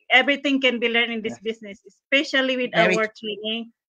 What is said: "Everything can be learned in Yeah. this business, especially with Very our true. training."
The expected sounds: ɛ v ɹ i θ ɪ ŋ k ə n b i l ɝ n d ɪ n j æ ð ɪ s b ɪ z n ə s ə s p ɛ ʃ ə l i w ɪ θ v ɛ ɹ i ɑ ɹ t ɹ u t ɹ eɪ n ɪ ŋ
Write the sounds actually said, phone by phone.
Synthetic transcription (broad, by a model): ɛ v ɹ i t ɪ ŋ k ə n b i l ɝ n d ɪ n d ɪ s b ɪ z n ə s ə s p ɛ ʃ ə l i w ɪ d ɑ w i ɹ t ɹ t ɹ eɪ n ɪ ŋ